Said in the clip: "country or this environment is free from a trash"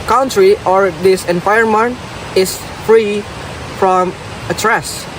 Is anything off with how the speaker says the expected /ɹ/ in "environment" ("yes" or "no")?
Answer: yes